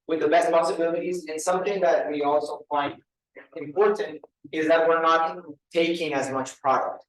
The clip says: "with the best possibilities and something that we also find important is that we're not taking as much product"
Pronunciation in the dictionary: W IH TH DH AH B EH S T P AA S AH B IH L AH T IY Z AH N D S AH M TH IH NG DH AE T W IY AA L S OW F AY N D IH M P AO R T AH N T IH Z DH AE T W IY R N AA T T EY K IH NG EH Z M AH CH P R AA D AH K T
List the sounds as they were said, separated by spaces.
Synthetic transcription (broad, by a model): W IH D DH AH B EH S T P AA S AH B IH L AH T IY Z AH N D S AH M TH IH NG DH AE T W IY AA L S OW F AY N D IH M P AO R T AH N T IH Z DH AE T W IY R N AA T T EY K IH NG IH Z M AH CH P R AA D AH K T